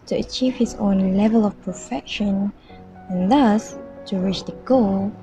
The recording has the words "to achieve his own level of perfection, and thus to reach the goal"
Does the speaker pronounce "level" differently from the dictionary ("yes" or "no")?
no